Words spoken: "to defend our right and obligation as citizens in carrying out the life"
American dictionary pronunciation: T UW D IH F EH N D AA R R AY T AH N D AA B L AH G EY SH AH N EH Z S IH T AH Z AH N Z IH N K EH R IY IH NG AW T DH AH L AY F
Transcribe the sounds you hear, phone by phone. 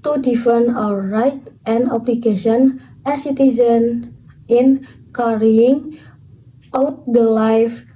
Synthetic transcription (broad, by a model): T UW D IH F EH N AA W R AY T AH N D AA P L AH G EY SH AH N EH S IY T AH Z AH N IH N K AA R IY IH NG AW T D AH L AY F